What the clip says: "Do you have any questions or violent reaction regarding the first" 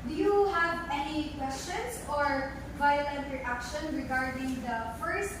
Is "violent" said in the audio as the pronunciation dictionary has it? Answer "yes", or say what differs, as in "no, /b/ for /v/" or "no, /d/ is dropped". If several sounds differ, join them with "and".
yes